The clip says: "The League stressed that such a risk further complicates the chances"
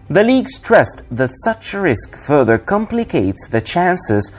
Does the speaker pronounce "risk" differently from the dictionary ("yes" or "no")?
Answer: no